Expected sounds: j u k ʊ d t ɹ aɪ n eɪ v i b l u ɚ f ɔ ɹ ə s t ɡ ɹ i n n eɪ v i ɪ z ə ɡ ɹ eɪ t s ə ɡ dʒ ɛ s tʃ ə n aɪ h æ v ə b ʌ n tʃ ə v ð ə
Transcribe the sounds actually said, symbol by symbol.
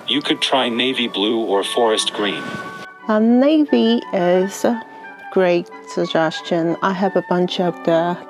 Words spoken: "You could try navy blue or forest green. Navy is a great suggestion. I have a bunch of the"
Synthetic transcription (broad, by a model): j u k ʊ d t ɹ aɪ n eɪ v i b l u ɚ f ɔ ɹ ə s t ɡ ɹ i n n eɪ v i ɪ z ə ɡ ɹ eɪ t s ə ɡ dʒ ɛ s tʃ ə n aɪ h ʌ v ə b ʌ n tʃ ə p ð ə